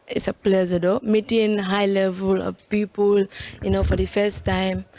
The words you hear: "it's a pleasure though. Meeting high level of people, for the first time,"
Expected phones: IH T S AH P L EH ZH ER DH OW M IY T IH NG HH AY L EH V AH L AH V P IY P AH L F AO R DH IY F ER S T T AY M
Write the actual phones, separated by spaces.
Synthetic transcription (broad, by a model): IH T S AH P L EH Z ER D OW M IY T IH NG HH AY L EH V AH L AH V P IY P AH L F AO R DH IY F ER S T T AY M